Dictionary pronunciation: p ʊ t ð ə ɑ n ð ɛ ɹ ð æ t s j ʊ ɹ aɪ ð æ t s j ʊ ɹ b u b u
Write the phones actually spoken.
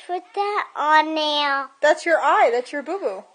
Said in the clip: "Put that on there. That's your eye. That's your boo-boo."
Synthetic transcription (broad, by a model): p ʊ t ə ɑ n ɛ l ð æ t s j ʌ ɹ aɪ ð æ t s j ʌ ɹ b u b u